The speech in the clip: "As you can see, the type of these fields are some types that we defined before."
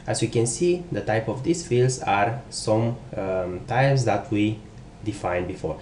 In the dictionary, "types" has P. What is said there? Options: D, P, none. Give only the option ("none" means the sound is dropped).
none